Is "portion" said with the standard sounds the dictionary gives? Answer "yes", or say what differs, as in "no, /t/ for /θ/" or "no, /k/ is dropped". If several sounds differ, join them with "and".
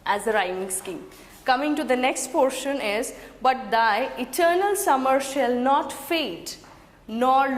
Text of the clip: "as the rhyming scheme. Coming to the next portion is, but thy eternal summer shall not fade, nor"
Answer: yes